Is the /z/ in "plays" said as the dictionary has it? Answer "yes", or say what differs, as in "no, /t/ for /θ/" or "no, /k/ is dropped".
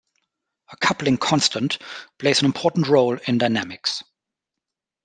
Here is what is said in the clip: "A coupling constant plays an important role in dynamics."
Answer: yes